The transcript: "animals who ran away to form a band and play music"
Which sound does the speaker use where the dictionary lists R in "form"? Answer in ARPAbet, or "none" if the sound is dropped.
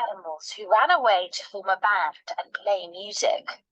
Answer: L